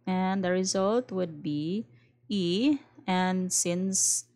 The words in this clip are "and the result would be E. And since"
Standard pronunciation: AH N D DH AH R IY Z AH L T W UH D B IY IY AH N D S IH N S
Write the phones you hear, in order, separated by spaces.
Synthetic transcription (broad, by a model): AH N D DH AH R IY Z AH L T W UH D B IY IY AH N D S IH N S